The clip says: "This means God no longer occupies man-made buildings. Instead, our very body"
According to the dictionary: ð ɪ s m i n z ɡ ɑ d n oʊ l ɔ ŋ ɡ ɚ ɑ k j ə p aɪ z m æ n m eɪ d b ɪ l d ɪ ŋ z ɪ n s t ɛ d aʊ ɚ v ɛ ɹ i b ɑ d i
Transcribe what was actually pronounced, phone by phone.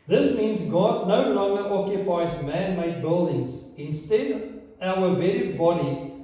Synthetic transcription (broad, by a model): ð ɪ s m i n z ɡ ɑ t n oʊ l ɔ ŋ ɡ ɚ ɑ k j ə p aɪ z m æ n m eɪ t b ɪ l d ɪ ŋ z ɪ n s t ɛ d aʊ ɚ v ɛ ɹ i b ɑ d i